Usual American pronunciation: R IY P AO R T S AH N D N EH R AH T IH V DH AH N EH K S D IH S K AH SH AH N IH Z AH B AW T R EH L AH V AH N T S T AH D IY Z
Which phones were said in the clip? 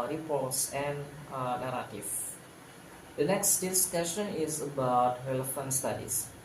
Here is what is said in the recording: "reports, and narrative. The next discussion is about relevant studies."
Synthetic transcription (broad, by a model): R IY P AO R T S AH N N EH R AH T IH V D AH N EH K S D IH S K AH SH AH N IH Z AH B AW T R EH L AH F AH N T S T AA D IY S